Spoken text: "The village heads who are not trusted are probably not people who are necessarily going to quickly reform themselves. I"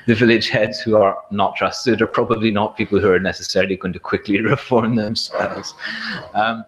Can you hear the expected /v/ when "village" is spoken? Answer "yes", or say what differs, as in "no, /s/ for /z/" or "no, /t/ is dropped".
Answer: yes